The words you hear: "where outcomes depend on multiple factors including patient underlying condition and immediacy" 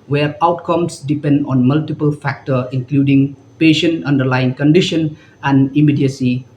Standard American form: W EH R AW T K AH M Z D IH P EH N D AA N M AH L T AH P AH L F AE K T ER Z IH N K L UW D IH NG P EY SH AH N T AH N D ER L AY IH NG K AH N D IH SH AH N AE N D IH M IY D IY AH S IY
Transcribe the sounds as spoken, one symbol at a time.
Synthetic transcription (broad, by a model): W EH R AW T K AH M S D IH P EH N D AA N M AH L T AH P AH L F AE K T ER IH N K L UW D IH NG P EY SH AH N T AH N D ER L AY IH NG K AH N D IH SH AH N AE N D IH M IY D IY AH S IY